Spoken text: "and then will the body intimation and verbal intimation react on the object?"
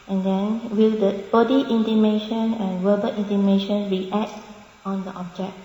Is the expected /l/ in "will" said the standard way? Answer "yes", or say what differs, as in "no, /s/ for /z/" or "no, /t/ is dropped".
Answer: yes